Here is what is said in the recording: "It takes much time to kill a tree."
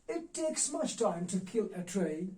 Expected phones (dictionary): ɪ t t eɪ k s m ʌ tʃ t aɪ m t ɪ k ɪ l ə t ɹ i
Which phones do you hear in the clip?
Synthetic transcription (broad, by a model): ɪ t t eɪ k s m ʌ tʃ t aɪ m t ɪ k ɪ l ə t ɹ i